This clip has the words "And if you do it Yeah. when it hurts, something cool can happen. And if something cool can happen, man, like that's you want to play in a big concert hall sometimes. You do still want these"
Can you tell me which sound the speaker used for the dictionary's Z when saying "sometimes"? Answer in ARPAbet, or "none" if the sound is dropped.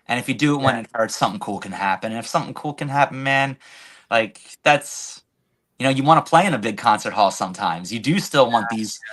Z